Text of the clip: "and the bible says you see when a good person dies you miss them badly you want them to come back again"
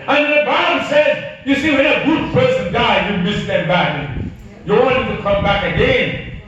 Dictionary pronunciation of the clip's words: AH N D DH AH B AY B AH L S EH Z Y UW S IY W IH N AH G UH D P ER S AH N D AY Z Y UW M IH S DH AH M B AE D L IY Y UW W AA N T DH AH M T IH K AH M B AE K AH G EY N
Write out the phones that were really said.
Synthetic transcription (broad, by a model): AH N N DH AH B AY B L S EH Z Y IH S IY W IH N AH G UH D P ER S AH N D AY Y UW M IH S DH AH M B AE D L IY Y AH W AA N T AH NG T IH K AH M B AE K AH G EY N